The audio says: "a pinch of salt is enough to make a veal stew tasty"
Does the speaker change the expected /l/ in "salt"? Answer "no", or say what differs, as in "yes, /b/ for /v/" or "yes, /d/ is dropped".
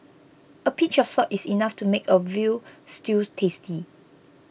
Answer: yes, /l/ is dropped